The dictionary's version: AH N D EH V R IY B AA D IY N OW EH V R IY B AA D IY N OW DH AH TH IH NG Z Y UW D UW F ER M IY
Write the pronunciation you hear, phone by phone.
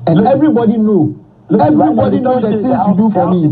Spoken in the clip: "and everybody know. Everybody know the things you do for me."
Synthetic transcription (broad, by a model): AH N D EH V R IY B AA D IY N OW EH V R IY B AA D IY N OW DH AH S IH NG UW D UW F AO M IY